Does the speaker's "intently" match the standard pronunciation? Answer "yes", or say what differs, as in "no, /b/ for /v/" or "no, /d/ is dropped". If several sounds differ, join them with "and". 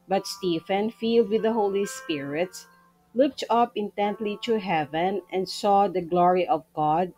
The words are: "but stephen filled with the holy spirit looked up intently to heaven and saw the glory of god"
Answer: yes